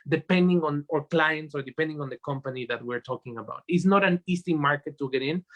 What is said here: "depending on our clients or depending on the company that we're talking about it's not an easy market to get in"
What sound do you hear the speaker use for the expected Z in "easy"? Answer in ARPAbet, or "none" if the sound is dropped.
S